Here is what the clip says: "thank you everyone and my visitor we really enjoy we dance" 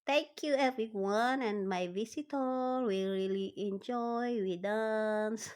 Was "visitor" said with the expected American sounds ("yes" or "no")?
no